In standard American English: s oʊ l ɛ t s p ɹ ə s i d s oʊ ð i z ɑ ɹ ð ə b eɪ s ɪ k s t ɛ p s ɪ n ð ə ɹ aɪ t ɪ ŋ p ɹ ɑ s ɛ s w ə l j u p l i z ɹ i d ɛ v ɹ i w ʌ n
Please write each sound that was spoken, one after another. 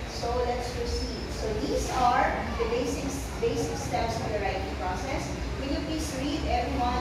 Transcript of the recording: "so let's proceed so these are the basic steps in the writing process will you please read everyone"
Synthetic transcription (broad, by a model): s oʊ l ɛ t s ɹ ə s i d s oʊ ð i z ɑ ɹ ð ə b eɪ s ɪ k s t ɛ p s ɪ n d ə ɹ aɪ t ɪ ŋ p ɹ ɑ s ɛ s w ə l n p l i s ɹ i d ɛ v ɹ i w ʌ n